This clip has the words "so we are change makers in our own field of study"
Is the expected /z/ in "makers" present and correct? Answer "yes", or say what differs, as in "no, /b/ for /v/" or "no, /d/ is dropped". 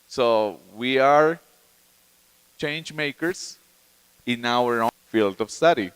no, /s/ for /z/